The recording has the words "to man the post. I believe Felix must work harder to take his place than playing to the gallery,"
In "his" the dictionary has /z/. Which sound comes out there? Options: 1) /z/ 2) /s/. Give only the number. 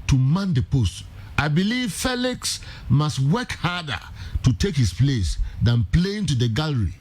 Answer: 2